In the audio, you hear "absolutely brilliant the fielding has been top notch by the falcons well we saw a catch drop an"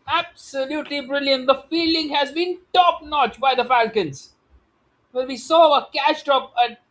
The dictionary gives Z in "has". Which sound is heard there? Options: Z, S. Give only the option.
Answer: Z